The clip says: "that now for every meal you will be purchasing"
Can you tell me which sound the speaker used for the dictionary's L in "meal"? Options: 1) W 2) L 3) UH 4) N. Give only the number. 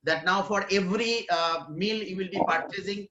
2